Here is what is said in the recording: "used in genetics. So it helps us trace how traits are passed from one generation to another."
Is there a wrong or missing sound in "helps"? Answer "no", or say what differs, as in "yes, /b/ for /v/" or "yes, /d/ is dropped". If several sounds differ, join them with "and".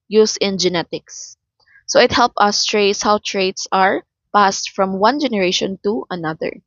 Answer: yes, /s/ is dropped